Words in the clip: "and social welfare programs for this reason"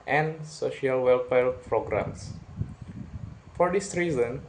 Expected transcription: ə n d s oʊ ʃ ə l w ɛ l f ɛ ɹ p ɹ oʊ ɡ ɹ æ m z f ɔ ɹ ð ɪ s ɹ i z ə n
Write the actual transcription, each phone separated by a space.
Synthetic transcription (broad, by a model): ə n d s oʊ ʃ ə l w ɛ l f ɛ l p ɹ oʊ ɡ ɹ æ m s f ɔ ɹ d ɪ s ɹ i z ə n